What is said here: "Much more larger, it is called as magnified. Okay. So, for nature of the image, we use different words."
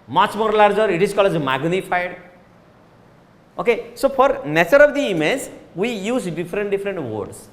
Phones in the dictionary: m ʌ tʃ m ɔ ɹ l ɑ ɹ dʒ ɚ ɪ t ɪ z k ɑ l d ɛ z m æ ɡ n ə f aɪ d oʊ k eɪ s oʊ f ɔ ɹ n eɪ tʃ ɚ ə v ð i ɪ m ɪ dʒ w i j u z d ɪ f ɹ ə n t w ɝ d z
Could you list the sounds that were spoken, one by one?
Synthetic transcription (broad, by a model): m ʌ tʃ m ɔ ɹ l ɑ ɹ dʒ ɚ ɪ t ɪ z k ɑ l ʌ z m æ ɡ n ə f aɪ d oʊ k eɪ s oʊ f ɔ ɹ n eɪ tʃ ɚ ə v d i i m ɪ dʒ w i j u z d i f ɹ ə n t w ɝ d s